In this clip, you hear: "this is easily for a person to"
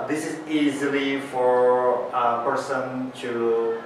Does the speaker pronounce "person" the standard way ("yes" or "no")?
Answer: yes